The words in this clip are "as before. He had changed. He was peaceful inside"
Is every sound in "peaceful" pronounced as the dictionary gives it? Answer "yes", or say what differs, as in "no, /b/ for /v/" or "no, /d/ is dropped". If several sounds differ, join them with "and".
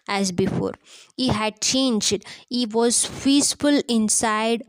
no, /f/ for /p/